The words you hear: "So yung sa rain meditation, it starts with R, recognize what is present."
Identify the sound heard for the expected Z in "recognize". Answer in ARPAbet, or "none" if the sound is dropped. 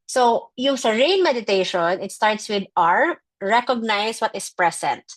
S